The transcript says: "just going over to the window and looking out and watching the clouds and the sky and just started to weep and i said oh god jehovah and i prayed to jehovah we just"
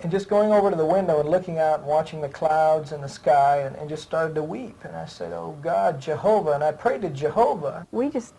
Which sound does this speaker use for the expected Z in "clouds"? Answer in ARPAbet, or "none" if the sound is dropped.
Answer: Z